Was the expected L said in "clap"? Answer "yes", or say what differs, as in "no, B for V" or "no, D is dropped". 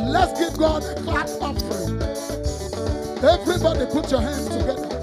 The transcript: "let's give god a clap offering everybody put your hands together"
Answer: no, L is dropped